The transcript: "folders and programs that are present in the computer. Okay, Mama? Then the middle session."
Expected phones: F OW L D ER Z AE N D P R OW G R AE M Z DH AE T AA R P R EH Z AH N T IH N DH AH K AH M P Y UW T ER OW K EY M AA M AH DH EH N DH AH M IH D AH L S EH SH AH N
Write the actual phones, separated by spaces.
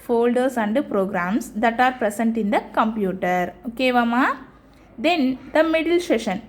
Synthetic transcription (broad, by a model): F OW L D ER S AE N D P R OW G R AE M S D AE T AA R P R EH S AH N T IH N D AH K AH M P Y UW T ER OW K EY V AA M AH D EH N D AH M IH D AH L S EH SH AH N